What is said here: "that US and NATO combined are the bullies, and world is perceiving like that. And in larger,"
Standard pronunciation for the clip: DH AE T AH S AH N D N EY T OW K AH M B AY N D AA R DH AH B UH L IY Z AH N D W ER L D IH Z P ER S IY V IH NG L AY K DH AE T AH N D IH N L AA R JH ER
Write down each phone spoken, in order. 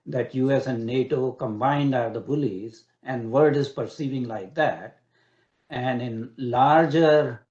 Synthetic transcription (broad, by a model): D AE T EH S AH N N EY T OW K AH M B AY N D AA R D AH B UH L IY Z AH N D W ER D IH Z P ER S IY V IH NG L AY K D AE T AH N D IH N L AA R JH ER